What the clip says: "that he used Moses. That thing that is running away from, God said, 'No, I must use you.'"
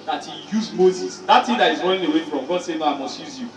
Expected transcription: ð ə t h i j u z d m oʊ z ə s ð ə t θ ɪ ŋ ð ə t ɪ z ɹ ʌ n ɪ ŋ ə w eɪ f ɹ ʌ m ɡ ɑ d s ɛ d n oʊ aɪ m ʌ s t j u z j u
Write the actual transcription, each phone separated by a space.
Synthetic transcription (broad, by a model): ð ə t h i j u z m oʊ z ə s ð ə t t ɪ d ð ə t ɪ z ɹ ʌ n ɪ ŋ ə w eɪ f ɹ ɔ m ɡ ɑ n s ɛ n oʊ aɪ m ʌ s t j u z j u